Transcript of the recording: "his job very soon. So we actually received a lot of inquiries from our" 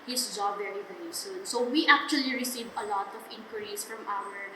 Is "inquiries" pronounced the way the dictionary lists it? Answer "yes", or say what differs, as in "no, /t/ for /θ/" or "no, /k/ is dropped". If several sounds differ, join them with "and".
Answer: no, /s/ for /z/